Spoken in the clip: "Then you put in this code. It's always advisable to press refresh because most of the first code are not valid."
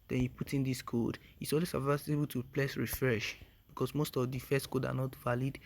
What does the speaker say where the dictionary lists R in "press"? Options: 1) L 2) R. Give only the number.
1